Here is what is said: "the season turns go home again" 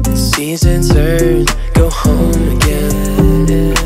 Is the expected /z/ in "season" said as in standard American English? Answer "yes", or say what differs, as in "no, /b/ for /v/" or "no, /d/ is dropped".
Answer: yes